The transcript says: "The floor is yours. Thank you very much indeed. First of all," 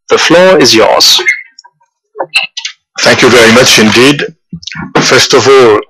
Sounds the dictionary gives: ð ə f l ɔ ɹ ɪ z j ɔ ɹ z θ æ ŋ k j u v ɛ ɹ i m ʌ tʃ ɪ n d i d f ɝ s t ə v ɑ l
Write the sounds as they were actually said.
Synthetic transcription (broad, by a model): ð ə f l ɔ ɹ ɪ z j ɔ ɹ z θ æ ŋ k j u v ɛ ɹ i m ʌ tʃ ɪ n d i d f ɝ s t ə v ɑ l